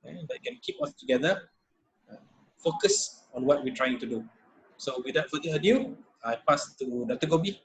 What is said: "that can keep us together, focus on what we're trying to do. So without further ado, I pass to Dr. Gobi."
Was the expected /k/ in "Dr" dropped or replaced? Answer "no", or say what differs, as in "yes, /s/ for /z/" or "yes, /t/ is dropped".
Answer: yes, /k/ is dropped